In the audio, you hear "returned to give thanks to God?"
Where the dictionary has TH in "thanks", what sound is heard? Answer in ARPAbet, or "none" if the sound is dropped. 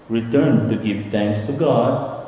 T